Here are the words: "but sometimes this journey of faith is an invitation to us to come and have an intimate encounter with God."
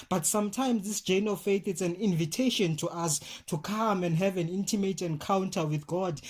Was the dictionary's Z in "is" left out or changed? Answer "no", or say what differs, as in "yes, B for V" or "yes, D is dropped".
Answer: yes, S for Z